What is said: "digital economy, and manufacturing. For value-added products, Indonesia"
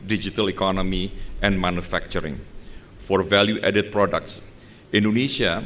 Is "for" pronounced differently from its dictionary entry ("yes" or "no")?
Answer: no